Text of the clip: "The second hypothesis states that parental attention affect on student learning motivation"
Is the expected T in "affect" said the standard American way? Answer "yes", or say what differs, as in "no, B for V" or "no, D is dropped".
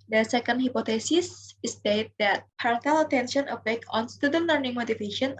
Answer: no, T is dropped